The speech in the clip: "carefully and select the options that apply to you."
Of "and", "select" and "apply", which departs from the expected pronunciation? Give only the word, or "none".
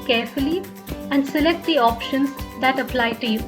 none